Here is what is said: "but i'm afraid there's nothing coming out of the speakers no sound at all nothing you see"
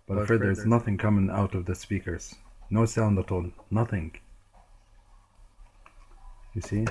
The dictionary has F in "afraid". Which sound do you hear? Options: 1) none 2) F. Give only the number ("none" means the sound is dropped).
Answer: 1